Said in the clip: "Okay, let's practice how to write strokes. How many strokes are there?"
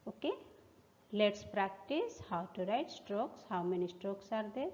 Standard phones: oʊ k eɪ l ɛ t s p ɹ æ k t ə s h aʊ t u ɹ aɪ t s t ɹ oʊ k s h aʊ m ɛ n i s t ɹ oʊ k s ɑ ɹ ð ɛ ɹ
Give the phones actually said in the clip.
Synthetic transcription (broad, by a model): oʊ k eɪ l ɛ t s p ɹ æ k t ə s h aʊ t u ɹ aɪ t s t ɹ oʊ k s h aʊ m ɛ n i s t ɹ oʊ k s ɑ ɹ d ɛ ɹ